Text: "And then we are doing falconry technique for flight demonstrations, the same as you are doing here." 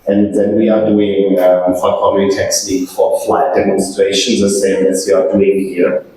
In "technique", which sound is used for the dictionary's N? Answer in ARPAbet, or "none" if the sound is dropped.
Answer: L